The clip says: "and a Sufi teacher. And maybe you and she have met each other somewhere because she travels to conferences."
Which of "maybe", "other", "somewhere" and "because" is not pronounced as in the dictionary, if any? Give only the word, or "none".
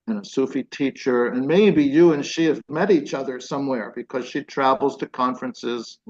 none